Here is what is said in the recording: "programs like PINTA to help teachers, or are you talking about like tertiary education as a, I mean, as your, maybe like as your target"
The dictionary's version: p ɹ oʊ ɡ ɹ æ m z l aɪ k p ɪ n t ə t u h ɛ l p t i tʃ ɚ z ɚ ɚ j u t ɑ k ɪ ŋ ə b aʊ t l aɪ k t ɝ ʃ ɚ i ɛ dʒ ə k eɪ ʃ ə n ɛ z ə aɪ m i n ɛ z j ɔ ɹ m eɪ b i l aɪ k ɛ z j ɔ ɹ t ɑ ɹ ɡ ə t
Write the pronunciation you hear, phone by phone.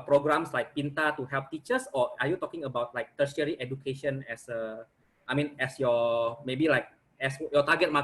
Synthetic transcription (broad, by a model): p ɹ oʊ ɡ ɹ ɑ m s l aɪ k p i n t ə t u h ɛ l p t i tʃ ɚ s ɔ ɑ j u t ɑ k ɪ ŋ ə b aʊ t l aɪ k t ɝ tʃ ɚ i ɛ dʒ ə k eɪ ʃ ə n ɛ s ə aɪ m i n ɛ s j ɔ m eɪ b i l aɪ k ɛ s j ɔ t ɑ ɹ ɡ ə t